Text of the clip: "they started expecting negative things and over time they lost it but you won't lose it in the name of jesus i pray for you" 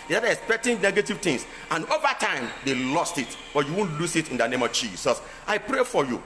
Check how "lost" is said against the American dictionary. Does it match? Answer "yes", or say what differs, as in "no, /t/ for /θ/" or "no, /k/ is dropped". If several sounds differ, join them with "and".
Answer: yes